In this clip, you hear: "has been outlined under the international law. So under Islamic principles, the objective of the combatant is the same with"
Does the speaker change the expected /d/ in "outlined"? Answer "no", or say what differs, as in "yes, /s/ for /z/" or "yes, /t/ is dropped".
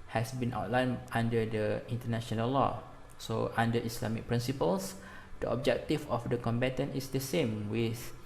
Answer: yes, /d/ is dropped